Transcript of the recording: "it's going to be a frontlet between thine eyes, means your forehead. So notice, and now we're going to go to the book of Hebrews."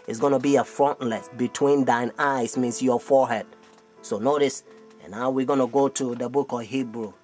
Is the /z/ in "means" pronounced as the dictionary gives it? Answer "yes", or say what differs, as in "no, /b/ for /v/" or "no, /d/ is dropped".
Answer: no, /s/ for /z/